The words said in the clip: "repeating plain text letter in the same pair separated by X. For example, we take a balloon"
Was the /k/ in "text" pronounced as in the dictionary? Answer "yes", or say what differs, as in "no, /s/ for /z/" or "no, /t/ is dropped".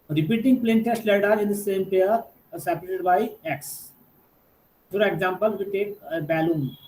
no, /k/ is dropped